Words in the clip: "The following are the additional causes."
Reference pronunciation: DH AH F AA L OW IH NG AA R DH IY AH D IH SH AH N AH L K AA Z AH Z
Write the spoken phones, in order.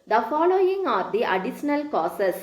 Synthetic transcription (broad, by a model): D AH F AA L OW IH NG AA R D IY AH D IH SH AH N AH L K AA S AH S